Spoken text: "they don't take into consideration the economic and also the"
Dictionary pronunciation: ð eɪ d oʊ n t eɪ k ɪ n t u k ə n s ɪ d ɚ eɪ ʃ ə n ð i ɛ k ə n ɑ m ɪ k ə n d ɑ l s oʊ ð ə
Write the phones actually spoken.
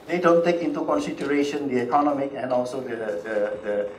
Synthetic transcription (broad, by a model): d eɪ d oʊ n t eɪ k ɪ n t u k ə n s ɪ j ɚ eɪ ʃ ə n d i ɛ k ə n ɑ m ɪ k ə n ɑ l s oʊ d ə